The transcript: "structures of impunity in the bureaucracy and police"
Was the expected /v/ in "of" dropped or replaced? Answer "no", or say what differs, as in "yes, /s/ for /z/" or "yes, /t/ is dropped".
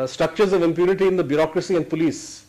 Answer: no